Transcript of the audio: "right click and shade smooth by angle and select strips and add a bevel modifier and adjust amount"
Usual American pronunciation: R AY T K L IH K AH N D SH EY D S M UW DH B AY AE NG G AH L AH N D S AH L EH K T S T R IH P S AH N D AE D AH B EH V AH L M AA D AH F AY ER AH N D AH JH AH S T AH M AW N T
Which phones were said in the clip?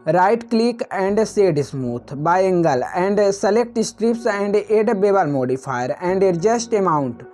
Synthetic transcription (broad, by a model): R AY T K L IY K AH N D S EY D S M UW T B AY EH NG G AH L AH N D S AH L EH K T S T R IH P S AH N D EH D B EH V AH L M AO D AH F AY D AH N D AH JH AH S T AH M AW N T